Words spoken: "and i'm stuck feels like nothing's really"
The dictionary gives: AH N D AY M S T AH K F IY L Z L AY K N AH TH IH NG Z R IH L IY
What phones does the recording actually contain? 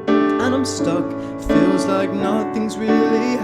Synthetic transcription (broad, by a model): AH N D AY M S T AH K F IY L Z L AY K N AH TH IH NG Z R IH L IY